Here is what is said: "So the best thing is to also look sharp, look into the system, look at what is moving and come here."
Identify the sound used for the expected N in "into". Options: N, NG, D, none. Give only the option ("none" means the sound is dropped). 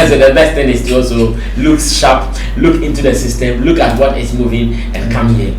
N